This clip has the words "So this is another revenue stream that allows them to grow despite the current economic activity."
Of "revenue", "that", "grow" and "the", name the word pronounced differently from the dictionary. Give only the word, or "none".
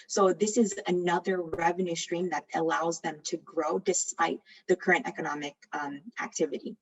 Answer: none